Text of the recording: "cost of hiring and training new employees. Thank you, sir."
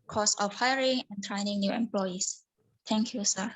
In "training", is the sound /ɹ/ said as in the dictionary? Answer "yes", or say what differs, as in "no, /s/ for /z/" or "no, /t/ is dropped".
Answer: yes